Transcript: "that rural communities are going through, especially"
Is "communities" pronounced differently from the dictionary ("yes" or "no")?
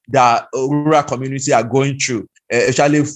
yes